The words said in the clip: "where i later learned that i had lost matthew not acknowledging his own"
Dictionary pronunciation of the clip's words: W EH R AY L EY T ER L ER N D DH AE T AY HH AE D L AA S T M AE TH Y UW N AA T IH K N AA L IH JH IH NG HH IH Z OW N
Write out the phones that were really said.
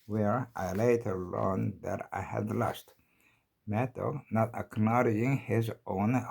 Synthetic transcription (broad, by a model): W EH R AY L EY T ER L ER N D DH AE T AY HH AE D L AA S T M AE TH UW N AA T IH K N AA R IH IH NG HH IH Z OW N